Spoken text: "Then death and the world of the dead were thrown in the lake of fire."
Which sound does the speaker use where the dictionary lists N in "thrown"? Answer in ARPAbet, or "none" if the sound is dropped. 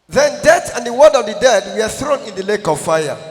N